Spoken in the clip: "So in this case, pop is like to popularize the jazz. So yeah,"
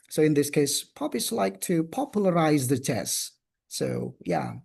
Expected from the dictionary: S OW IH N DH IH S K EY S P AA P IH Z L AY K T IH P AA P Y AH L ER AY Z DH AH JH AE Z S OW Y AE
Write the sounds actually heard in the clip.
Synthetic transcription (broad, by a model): S OW IH N DH IH S K EY S P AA B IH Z L AY K T IH P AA P Y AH L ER AY Z DH AH CH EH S S OW Y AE